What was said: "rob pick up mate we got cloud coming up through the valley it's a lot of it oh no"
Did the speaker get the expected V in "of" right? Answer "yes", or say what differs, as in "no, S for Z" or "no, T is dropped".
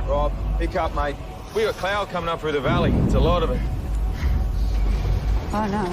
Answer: yes